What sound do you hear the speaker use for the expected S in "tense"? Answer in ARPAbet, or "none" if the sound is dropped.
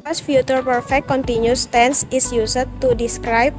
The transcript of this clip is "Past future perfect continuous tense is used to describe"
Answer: S